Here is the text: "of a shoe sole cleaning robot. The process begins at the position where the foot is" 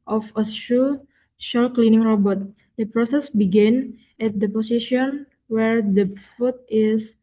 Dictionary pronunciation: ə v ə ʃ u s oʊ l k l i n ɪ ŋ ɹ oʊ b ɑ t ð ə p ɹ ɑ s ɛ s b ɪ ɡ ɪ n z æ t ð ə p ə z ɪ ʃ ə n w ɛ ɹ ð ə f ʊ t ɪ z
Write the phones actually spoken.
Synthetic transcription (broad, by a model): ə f ə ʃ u ʃ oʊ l k l i n ɪ ŋ ɹ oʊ b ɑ t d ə p ɹ ɑ s ɛ s b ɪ ɡ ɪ n ɛ t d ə p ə s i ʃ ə n w ɛ ɹ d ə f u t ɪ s